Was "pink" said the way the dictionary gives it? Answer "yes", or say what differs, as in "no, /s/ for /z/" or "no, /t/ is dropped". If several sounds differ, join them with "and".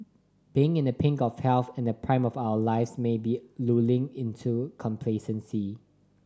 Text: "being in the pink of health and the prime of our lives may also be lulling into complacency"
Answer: yes